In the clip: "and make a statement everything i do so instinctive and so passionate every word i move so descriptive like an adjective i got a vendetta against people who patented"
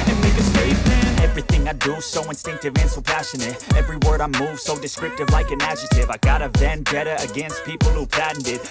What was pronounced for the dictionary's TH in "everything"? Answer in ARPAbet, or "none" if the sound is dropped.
TH